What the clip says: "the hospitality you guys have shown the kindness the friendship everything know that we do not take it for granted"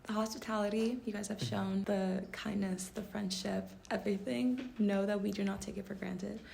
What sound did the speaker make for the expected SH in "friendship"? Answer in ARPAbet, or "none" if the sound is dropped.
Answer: SH